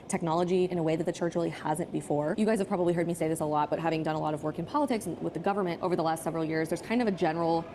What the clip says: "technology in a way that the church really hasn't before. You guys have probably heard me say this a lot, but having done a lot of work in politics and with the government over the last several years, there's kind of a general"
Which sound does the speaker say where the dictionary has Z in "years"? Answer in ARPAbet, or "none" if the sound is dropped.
Z